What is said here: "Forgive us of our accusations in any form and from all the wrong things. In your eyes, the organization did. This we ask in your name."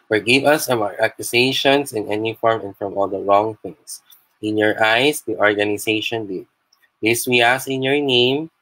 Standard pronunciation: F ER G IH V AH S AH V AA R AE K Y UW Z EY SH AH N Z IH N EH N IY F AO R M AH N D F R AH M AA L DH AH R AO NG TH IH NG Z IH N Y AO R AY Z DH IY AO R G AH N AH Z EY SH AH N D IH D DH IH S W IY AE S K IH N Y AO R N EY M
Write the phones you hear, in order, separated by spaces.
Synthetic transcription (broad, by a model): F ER G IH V AH S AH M AA R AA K Y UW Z EY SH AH N S IH N EH N IY F AO R M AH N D F R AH M AA L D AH R AO NG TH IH NG S IH N Y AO R AY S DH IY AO R G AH N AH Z EY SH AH N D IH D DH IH S W IY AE S IH N Y AO R N EY M